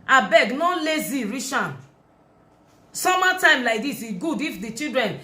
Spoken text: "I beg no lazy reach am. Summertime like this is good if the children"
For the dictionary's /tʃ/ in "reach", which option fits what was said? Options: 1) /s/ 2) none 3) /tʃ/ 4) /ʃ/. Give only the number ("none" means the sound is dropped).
4